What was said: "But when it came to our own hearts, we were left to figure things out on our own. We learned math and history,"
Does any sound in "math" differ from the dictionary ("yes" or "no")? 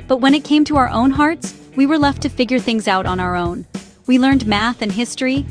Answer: no